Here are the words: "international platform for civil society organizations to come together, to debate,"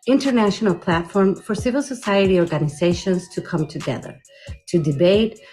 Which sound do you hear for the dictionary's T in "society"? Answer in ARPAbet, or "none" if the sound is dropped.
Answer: T